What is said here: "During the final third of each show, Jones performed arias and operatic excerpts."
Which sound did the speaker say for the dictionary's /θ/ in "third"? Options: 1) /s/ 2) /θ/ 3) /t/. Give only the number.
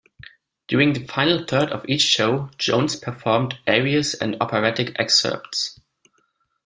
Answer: 2